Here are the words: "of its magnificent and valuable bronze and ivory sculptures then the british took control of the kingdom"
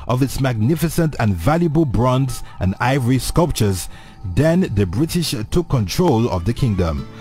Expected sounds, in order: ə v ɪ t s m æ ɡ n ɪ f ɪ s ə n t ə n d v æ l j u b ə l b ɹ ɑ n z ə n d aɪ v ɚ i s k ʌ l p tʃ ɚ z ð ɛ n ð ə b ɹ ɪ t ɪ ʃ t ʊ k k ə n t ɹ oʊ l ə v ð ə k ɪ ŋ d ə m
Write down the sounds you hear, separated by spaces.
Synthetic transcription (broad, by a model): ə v ɪ t s m æ ɡ n ɪ f ɪ s ə n t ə n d v æ l j u b ə l b ɹ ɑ n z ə n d aɪ v ɚ i s k ʌ l p tʃ ɚ z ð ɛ n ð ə b ɹ ɪ t ɪ ʃ t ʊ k k ə n t ɹ oʊ l ə v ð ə k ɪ ŋ d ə m